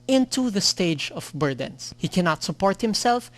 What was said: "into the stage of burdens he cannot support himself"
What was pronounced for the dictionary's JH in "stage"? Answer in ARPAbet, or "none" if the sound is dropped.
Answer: JH